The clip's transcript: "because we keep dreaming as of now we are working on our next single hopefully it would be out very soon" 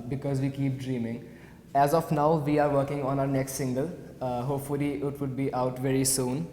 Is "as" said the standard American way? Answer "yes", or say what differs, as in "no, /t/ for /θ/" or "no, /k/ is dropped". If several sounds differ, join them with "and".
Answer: yes